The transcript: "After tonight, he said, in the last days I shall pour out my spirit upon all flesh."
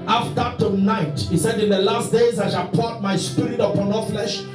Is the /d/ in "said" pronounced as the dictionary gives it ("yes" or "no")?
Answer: yes